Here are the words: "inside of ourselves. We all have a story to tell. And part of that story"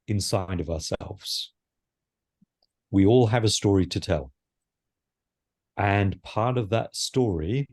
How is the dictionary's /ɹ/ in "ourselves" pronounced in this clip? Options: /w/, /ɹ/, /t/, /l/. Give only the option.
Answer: /ɹ/